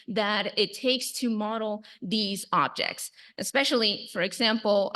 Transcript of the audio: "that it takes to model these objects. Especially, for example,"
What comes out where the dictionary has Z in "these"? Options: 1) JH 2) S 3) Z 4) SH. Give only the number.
3